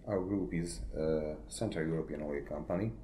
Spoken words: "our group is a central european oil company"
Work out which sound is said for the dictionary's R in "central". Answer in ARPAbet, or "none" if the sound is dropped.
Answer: none